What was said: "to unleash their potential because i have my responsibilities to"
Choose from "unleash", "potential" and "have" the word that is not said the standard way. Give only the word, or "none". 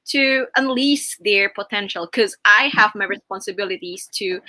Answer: unleash